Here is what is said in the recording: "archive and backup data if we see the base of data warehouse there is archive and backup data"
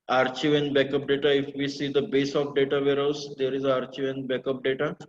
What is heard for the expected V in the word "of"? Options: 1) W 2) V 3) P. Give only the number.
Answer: 3